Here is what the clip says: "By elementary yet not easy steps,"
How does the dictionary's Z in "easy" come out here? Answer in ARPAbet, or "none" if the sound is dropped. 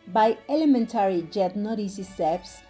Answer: S